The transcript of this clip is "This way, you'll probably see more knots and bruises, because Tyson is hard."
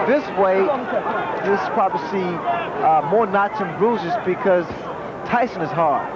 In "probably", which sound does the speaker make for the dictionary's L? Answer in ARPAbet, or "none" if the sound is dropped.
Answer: none